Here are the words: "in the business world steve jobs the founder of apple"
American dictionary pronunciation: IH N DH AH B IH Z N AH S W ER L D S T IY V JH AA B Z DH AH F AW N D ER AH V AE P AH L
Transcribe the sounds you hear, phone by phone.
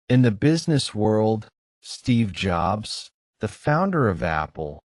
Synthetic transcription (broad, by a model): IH N DH AH B IH Z N AH S W ER L D S T IY V JH AA B Z DH AH F AW N D ER AH V AE P L